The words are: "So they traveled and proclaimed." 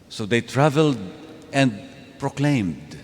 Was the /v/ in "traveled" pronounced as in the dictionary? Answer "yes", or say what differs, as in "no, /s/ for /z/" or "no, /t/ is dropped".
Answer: yes